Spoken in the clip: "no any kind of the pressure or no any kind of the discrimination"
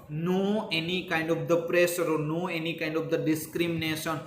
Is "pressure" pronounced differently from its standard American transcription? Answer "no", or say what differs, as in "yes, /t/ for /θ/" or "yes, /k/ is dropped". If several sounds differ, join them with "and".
yes, /s/ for /ʃ/